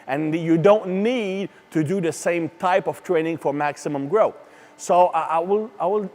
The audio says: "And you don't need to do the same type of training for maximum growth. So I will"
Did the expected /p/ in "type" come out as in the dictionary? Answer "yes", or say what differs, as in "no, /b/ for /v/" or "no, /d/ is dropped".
yes